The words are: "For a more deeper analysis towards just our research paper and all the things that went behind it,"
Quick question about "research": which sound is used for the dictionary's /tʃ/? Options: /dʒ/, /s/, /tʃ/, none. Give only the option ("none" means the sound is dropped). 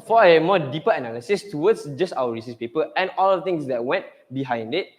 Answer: /s/